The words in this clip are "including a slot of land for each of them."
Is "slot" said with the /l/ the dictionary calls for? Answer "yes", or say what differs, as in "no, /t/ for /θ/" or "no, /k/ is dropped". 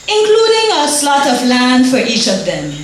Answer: yes